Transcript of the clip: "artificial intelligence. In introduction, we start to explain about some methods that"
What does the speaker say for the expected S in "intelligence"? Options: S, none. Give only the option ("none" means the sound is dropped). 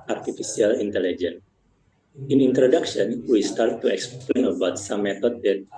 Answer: none